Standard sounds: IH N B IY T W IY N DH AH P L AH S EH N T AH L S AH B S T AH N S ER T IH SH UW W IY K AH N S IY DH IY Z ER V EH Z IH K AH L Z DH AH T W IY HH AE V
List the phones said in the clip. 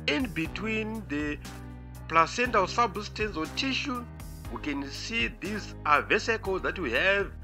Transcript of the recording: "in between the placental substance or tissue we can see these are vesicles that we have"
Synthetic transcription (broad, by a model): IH N B IY T W IY N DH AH P L AH S EH N T AH L S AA B S T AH N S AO T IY SH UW W IY K AH N S IY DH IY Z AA V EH S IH K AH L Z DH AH T W IY HH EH V